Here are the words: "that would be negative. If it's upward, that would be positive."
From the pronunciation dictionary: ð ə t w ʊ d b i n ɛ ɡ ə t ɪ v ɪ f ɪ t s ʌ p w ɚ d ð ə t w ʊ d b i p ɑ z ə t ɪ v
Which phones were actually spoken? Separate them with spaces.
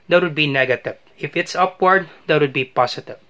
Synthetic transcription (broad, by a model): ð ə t w ʊ d b i n ɛ ɡ ə t ɪ v ɪ f ɪ t s ʌ p w ɚ d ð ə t w ʊ d b i p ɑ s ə t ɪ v